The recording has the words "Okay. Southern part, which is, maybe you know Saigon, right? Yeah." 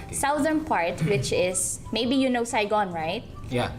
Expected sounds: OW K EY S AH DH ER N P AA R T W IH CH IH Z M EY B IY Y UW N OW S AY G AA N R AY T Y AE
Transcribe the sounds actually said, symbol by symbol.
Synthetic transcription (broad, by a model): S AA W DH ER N P AA R T W IH CH IH S M EY B IY Y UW N OW S AY G AA N R AY T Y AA